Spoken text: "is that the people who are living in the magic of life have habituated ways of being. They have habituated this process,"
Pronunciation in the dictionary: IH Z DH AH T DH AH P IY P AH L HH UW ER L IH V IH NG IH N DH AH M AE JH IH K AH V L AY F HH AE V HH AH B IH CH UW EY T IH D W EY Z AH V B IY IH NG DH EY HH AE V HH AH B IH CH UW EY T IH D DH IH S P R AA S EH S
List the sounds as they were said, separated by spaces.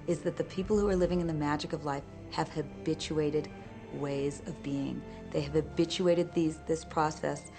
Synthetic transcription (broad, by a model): IH Z DH AH T DH AH P IY P L HH UW ER L IH V IH NG IH N DH AH M AE JH IH K AH V L AY F HH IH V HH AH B IH CH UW EY T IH D W EY Z AH V B IY IH NG DH EY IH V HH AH B IH CH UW EY T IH D DH IH S P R AA S EH S